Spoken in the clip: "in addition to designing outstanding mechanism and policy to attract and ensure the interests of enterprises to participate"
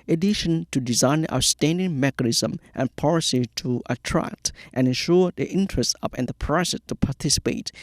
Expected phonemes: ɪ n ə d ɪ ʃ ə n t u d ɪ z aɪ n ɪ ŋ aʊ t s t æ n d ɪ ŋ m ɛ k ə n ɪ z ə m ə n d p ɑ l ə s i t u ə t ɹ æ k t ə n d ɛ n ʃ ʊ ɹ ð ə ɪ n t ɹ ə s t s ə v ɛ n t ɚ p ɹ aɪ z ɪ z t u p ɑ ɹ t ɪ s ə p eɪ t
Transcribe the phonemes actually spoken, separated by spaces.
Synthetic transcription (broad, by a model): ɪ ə d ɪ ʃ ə n t u d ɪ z aɪ n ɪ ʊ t s t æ n d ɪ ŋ m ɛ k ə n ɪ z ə m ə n p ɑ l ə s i t u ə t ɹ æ k t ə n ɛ n ʃ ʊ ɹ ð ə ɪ n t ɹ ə s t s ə p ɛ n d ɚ p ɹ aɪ s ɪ s t u p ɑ t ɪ s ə p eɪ t